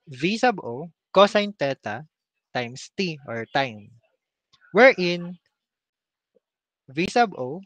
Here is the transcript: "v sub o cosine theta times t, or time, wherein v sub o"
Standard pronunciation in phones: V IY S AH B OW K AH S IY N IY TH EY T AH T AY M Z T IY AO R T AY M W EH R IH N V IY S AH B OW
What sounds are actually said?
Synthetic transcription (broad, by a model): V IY S AH B OW K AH S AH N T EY T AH T AY M S T IY AO R T AY M W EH R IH N V IY S AH B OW